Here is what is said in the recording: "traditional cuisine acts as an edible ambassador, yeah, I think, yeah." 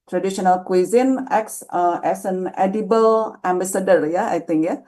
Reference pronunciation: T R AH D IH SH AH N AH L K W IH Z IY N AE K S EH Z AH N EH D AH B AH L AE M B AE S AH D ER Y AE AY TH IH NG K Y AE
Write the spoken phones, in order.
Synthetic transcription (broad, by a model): T R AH D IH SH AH N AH L K W IH Z IY N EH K S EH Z AH N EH D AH B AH L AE M B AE S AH D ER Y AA AY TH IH NG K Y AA